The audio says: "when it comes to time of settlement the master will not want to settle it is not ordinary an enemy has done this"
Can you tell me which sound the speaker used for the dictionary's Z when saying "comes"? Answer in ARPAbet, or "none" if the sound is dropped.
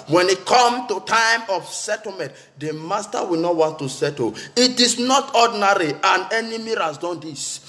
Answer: none